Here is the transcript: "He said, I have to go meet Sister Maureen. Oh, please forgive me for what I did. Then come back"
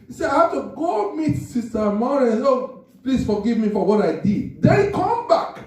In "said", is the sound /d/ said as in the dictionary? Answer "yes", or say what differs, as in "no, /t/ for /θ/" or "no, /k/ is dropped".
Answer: no, /d/ is dropped